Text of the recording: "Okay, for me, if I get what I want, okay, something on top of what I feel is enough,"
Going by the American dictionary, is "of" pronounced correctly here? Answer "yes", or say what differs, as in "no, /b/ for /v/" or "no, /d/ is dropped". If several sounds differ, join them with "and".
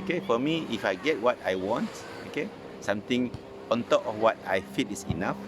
no, /f/ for /v/